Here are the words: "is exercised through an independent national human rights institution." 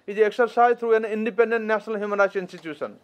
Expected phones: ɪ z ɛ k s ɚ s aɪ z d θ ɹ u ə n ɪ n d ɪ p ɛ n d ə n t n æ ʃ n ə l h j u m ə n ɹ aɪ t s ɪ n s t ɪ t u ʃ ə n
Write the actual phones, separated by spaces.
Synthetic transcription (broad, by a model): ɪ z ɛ k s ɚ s aɪ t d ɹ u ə n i n d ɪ p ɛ n d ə n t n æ s n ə l h j u m ə n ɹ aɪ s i n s t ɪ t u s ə n